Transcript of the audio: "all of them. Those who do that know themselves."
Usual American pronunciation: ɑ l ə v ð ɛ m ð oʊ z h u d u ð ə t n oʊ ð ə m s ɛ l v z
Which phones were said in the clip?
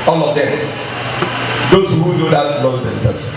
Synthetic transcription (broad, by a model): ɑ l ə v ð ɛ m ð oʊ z h u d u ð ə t l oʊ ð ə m s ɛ l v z